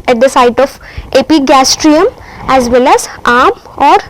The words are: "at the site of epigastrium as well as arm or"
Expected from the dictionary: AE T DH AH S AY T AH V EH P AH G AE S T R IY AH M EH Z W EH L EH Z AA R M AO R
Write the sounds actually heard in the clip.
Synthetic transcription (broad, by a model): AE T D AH S AY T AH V EH P AH G AE S T R IY AH M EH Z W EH L EH Z AA R M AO R